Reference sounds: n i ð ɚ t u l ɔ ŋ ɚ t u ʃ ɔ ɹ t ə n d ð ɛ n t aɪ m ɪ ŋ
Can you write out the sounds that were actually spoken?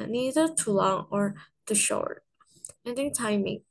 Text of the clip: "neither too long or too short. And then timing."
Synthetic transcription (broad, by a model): n i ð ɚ t u l ɔ ŋ ɚ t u ʃ ɔ ɹ t ə n d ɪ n t aɪ m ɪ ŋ